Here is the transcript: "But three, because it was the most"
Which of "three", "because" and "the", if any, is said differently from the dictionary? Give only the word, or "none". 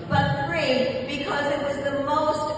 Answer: three